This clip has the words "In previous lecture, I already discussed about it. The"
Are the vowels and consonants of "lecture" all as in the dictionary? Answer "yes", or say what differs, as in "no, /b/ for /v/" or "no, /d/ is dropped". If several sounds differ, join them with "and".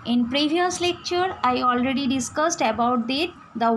yes